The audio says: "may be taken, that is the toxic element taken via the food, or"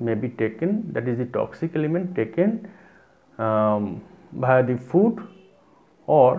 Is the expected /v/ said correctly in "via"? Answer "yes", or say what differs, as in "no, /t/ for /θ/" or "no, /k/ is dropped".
no, /b/ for /v/